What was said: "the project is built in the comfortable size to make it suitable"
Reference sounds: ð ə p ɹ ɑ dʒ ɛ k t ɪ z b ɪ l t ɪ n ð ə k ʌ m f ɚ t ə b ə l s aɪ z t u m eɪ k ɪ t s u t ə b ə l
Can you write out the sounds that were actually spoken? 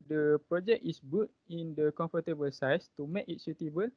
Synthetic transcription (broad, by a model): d ə p ɹ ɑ dʒ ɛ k ɪ s b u t ɪ n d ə k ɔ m f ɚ t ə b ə l s aɪ s t u m eɪ k ɪ t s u t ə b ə l